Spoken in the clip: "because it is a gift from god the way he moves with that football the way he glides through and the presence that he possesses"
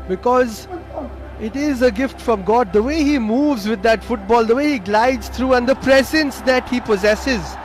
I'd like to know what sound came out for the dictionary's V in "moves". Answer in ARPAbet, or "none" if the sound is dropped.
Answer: V